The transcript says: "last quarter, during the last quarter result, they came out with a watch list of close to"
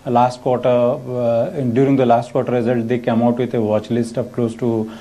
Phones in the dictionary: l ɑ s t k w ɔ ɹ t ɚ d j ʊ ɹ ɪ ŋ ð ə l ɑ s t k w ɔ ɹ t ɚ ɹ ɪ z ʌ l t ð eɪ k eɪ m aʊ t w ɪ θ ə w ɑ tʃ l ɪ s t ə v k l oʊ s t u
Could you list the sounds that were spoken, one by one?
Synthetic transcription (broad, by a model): l ɑ s t k w ɔ ɹ t ɚ d j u ɹ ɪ ŋ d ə l ɑ s t k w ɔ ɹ t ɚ ɹ ɪ z ʌ l t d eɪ k eɪ m aʊ t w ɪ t ə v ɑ tʃ l ɪ s t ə p k l oʊ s t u